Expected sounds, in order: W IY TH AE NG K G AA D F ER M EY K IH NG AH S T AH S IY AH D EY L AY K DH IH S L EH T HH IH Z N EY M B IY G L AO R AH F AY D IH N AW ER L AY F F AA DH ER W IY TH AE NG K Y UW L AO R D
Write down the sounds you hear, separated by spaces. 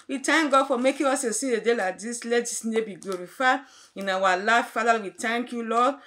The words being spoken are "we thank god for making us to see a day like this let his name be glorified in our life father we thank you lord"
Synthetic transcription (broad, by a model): W IY T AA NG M G AA D F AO M EY K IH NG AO S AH S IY AH D EY L AY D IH S L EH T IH S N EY B IY G L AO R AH F AY IH N AW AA L AY F F AA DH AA W IY T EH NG K Y UW L AO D